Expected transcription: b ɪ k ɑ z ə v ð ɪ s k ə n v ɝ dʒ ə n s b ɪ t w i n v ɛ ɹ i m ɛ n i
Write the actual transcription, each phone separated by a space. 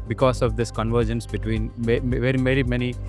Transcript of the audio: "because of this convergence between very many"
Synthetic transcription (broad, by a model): b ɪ k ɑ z ə v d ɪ s k ə n v ɝ dʒ ə n s b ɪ t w i n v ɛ ɹ i m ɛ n i